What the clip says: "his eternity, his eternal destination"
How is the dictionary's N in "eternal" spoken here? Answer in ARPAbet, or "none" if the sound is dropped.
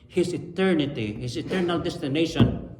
N